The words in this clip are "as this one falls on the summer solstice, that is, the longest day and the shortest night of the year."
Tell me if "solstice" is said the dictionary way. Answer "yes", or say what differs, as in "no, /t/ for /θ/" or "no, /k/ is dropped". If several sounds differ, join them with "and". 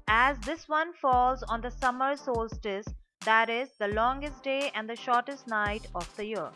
yes